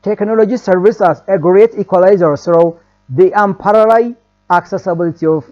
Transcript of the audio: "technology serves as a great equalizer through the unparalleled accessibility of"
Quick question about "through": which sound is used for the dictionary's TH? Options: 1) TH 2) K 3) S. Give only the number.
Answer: 3